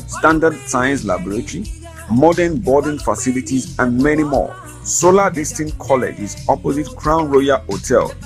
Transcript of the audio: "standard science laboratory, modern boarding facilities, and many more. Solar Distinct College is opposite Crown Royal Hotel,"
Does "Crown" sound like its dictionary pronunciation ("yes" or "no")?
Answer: yes